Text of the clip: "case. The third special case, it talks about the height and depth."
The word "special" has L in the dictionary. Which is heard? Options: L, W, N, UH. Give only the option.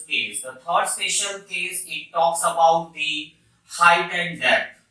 N